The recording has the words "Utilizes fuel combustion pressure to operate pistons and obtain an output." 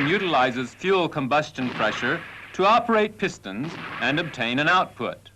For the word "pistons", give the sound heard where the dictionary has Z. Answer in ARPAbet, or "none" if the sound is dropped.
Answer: Z